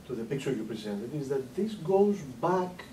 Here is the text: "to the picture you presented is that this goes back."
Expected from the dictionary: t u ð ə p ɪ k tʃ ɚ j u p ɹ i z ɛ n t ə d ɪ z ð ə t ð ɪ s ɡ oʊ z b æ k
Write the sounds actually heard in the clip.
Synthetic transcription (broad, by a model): t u ð ə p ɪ k s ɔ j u p ɹ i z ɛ n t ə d ɪ z ð ə t ð ɪ s ɡ oʊ z b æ k